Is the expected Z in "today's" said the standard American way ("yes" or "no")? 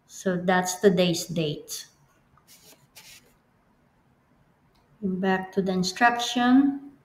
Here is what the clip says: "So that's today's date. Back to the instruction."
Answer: no